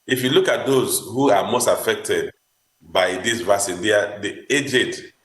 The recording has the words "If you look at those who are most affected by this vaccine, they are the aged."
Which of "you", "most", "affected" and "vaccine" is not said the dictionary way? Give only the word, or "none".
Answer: vaccine